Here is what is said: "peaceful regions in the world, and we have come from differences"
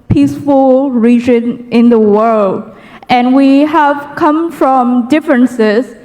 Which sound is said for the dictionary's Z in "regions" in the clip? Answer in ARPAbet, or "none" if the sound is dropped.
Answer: none